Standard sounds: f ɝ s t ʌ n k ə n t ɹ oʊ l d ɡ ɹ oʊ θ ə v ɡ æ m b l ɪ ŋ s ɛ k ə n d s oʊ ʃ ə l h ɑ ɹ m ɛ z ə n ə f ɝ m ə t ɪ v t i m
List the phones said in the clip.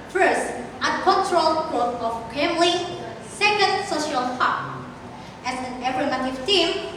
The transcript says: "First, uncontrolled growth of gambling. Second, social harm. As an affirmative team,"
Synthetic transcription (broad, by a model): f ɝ s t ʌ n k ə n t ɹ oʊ l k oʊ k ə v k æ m l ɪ s ɛ k ə n d s oʊ ʃ ə l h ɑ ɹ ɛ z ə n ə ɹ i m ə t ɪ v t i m